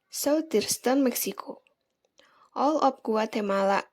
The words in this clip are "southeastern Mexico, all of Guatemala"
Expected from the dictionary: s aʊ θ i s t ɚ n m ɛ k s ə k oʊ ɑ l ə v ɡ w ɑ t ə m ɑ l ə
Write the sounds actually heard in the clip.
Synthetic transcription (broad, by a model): s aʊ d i s t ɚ n m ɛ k s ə k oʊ ɑ l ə p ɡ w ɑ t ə m ɑ l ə